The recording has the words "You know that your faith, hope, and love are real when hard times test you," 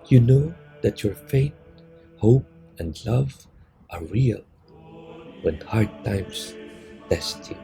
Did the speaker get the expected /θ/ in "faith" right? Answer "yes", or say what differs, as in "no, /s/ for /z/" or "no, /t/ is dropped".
no, /t/ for /θ/